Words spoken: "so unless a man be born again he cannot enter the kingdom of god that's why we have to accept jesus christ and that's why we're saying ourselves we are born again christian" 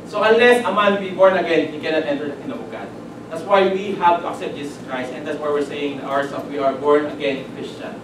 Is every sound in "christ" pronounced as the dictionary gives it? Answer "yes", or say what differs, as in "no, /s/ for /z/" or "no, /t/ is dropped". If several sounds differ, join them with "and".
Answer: yes